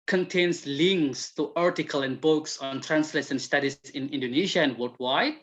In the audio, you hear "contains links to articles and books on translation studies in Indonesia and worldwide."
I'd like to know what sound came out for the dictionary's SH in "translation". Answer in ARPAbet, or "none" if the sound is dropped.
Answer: S